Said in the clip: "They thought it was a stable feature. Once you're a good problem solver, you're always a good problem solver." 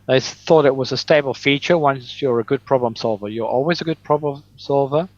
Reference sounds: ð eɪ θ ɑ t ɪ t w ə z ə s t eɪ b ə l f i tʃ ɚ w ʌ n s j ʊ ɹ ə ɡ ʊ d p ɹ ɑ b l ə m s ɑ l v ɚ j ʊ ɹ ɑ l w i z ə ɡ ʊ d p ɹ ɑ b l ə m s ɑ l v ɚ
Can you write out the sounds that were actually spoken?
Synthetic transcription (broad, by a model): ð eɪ θ ɑ t ɪ t w ə z ə s t eɪ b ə l f i tʃ ɚ w ʌ n s j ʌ ɹ ə ɡ ʊ d p ɹ ɑ b l ə m s ɑ l v ɚ j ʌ ɹ ɑ l w i z ə ɡ ʊ d p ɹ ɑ b l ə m s ɑ l v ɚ